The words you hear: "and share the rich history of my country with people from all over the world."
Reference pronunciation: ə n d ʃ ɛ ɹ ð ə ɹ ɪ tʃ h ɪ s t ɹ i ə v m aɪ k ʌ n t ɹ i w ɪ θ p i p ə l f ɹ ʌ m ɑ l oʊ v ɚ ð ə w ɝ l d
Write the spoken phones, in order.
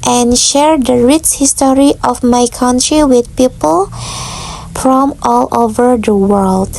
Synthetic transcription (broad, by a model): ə n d ʃ ɛ ɹ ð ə ɹ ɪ s h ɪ s t ɹ i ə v m aɪ k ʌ n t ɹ i w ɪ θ p i p ə l f ɹ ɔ m ɑ l oʊ v ɚ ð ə w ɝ l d